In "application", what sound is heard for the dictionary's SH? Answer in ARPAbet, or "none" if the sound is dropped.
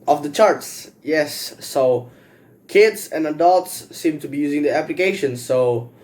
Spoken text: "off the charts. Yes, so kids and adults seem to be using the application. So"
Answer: SH